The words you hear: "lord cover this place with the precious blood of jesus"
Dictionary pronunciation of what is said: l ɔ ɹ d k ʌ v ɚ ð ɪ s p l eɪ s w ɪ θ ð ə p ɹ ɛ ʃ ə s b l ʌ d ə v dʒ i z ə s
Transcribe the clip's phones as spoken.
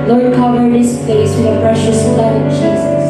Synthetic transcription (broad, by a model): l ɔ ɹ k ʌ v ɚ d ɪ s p eɪ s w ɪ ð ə p ɹ ɛ ʃ ə s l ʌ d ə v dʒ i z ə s